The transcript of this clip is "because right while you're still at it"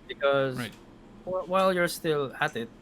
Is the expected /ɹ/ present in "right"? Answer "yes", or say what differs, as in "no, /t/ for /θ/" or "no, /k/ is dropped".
no, /w/ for /ɹ/